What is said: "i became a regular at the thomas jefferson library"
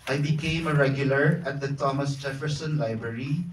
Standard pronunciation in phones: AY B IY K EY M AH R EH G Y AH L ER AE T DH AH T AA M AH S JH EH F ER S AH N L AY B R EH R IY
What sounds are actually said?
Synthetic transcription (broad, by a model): AY B IY K EY M AH R EH G Y AH L ER AE T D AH T AA M AH S JH EH F ER S AH N L AY B R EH R IY